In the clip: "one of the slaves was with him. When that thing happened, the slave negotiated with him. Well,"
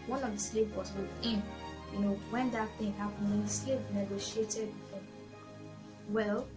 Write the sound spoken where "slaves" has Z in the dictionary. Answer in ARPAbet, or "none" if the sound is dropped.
none